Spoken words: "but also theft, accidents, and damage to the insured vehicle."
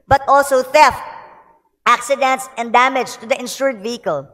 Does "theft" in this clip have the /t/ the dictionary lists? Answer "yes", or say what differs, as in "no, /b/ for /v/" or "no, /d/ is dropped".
yes